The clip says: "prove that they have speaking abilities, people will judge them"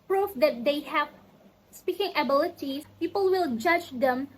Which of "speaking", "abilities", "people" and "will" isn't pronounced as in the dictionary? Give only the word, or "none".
abilities